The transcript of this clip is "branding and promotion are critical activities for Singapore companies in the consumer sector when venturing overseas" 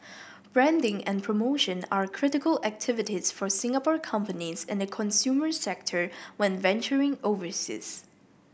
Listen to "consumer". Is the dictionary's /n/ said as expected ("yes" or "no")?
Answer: yes